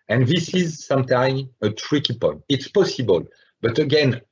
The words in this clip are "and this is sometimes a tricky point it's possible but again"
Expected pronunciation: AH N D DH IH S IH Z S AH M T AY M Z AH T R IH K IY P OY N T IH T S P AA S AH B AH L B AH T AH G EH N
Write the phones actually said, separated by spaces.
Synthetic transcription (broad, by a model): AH N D DH IH S IH Z S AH M T AY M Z AH T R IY K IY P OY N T IH T S P AA S AH B AH L B AH T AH G EH N